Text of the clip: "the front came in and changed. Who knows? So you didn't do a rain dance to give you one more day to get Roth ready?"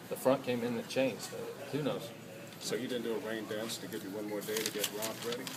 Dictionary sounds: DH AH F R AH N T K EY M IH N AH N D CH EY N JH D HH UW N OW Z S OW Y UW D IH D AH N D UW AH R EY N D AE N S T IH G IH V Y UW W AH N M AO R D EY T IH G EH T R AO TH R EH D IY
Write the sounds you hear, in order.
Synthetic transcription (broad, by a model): DH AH F R AH N K EY M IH N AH CH EY N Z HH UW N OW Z S OW Y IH D IH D N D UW AH R EY N D AE N S T IH G IH V Y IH W AH N M AO R D EY T IH G EH T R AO F R EH D IY